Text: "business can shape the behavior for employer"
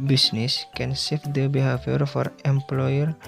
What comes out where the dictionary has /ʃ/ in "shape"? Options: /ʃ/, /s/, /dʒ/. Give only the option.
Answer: /s/